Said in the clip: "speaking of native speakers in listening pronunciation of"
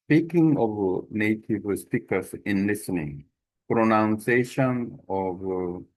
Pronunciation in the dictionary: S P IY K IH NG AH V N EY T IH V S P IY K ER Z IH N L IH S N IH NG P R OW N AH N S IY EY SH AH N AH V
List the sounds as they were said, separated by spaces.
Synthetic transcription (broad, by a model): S P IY K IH NG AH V N EY T IH V S P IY K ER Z IH N L IH S N IH NG P R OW N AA N S EY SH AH N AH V